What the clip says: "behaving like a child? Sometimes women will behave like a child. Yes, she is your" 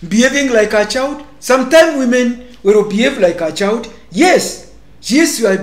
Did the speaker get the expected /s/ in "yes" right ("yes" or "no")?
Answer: yes